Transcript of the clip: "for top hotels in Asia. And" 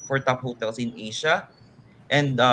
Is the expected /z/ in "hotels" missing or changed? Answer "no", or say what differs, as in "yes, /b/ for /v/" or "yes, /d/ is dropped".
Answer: yes, /s/ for /z/